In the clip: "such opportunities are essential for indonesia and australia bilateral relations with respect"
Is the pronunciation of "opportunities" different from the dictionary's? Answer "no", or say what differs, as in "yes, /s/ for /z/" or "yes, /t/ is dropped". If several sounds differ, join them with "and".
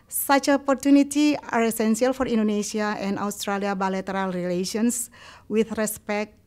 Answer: yes, /z/ is dropped